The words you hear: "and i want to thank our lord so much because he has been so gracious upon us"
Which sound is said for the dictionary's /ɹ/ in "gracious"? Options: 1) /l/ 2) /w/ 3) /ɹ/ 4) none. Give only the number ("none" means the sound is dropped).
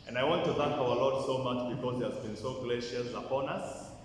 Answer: 1